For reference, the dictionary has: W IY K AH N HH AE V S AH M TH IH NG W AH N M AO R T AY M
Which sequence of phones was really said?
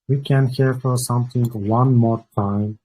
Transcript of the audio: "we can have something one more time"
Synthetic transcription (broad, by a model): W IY K AH N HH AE F S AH M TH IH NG W AH N M AO R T AY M